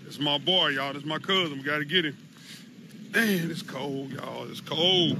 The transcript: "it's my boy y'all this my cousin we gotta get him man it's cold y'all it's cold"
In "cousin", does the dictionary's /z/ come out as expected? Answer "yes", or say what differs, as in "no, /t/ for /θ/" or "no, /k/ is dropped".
yes